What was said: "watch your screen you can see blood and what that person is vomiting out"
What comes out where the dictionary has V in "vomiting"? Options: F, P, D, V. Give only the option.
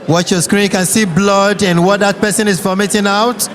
F